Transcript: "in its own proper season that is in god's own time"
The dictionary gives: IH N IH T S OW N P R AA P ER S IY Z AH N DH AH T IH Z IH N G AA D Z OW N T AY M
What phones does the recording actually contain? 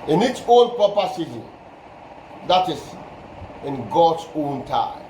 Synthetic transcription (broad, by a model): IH N IH T S OW N P AA P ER S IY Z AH N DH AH T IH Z IH N G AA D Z OW N T AY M